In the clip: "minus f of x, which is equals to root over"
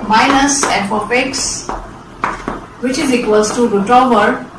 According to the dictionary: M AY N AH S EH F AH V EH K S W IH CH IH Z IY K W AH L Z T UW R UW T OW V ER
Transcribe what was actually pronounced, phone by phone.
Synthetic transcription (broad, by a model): M AY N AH S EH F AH P EH K S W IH CH IH Z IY K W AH L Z T UW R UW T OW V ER